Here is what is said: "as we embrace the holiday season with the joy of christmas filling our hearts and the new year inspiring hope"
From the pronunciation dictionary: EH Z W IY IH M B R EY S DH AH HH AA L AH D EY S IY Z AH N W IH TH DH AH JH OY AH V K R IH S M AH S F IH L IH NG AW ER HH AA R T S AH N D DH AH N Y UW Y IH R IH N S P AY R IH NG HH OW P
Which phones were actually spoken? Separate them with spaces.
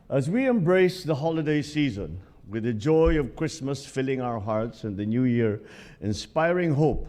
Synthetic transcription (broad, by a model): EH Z W IY IH M B R EY S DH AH HH AA L AH D EY S IY Z AH N W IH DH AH JH OY AH V K R IH S M AH S F IH L IH NG AW ER HH AA R T S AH N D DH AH N Y UW Y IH R IH N S P AY R IH NG HH OW P